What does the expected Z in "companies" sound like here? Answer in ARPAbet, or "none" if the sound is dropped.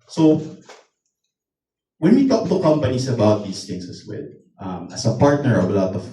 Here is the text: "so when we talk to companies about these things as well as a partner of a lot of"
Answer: S